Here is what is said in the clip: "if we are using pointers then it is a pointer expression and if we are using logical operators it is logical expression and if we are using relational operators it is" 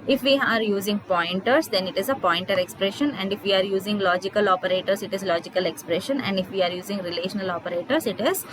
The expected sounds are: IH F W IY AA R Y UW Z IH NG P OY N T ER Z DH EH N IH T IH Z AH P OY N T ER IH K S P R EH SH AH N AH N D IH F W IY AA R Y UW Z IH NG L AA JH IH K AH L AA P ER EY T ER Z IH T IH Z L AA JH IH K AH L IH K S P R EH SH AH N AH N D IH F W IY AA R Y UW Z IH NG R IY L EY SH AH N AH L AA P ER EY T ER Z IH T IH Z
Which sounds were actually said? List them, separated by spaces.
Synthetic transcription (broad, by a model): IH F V IY AA R Y UW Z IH NG P OY N T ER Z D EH N IH T IH Z AH P OY N T ER IH K S P R EH SH AH N AH N D IH F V IY AA R Y UW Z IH NG L AA JH IH K AH L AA P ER EY T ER S IH T IH Z L AA JH IH K AH L IH K S P R EH SH AH N AH N D IH F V IY AA R Y UW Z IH NG R IY L EY SH AH N AH L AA P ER EY T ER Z IH T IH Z